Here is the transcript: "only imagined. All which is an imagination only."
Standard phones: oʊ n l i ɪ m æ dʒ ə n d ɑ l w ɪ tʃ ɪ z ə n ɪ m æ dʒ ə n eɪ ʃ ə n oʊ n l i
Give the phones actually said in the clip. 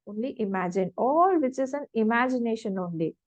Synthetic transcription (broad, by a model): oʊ n l i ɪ m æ dʒ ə n ɑ l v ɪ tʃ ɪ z ə n ɪ m æ dʒ ə n eɪ ʃ ə n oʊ n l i